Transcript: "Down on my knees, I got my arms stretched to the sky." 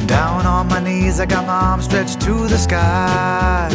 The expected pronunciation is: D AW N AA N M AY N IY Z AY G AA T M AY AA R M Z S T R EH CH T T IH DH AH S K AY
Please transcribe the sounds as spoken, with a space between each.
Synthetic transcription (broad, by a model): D AW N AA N M AY N IY Z AY G AA T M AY AA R M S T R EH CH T T IH DH AH S K AY